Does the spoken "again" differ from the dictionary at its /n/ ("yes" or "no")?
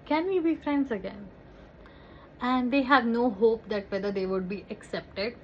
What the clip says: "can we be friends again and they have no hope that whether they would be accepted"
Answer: no